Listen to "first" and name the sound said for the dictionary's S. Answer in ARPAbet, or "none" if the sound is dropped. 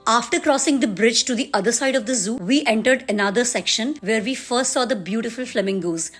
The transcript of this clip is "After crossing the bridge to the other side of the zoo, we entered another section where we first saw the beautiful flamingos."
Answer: S